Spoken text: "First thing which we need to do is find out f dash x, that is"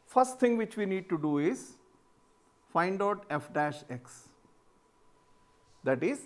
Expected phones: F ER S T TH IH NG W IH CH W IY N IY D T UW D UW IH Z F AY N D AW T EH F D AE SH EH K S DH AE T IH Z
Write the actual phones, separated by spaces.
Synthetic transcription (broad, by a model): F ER S T T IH NG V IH CH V IY N IY D T UW D UW IH Z F AY N D AW T EH F D AE SH EH K S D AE T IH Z